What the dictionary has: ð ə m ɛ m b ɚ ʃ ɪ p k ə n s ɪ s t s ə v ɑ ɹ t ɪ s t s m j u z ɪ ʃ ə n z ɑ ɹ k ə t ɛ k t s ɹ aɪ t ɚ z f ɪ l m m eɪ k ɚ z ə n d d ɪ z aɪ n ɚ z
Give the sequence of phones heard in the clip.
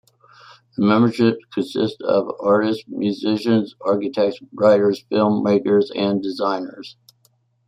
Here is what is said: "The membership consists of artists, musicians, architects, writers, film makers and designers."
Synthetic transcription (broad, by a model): ð ə m ɛ m b ɚ ʃ ɪ p k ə n s ɪ s t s ə v ɑ ɹ t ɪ s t m j u z ɪ ʃ ə n z ɑ ɹ k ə t ɛ k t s ɹ aɪ t ɚ z f ɪ l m m eɪ k ɚ z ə n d d ɪ z aɪ n ɚ z